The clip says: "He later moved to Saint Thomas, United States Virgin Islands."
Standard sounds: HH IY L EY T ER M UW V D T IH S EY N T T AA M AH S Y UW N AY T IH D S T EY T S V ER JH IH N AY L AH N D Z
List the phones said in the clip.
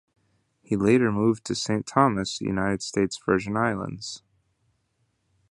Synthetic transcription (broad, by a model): HH IY L EY T ER M UW V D T IH S EY N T T AA M AH S Y UW N AY T IH D S T EY T S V ER ZH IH N AY L AH N D Z